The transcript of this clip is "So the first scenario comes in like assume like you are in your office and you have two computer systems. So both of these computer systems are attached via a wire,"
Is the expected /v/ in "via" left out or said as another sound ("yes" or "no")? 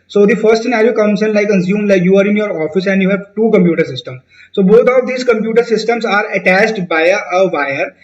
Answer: yes